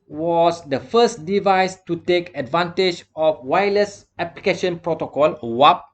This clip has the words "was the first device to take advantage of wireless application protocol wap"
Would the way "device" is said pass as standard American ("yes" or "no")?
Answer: yes